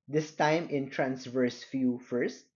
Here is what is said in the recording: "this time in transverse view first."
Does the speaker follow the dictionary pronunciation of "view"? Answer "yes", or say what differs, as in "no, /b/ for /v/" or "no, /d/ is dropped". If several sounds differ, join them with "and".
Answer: no, /f/ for /v/